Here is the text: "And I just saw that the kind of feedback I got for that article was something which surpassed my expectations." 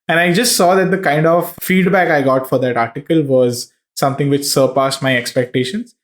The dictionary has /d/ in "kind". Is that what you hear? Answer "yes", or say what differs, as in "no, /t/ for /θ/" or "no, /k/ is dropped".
yes